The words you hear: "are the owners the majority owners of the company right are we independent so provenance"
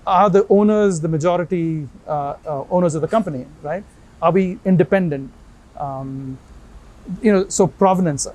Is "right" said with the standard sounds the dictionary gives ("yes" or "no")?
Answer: yes